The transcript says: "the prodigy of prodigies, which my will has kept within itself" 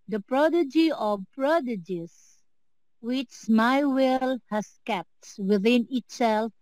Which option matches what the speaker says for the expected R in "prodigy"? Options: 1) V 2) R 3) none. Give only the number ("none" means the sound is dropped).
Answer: 2